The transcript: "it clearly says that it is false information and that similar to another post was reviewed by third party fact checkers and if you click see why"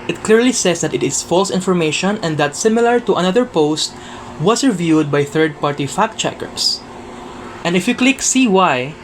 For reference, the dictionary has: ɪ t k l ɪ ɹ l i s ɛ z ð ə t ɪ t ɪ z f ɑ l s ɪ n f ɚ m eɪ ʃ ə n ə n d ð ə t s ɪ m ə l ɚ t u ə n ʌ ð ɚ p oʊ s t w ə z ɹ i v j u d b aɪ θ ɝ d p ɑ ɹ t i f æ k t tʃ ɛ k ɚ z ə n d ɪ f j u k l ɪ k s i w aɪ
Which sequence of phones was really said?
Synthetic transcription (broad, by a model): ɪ t k l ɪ ɹ l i s ɛ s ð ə t ɪ t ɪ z f ɑ l s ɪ n f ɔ m eɪ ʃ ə n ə n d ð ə t s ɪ m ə l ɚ t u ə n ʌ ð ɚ p oʊ s t w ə s ɹ i v j u d b aɪ θ ɝ d p ɑ ɹ t i f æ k tʃ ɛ k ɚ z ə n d ɪ f j u k l ɪ k s i w aɪ